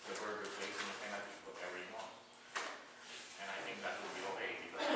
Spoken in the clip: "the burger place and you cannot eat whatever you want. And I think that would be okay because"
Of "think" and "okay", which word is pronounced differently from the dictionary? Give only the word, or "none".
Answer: none